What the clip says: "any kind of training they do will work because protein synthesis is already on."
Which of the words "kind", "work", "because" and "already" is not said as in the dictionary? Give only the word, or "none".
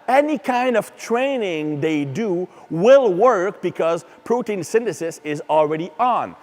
none